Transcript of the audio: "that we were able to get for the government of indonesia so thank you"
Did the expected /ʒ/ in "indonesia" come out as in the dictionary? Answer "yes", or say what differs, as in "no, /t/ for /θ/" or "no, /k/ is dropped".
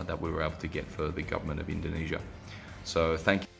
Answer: yes